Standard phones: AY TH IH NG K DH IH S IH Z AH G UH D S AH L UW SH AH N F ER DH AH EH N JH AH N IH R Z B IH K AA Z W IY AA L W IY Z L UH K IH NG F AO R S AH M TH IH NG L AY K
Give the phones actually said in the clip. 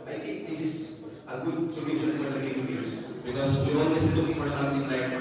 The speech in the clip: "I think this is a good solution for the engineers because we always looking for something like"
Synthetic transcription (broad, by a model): AY T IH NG K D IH S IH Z AH G UH D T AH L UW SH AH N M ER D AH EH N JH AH IH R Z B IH K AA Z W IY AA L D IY S L UH K IH NG F AO R S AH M T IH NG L AY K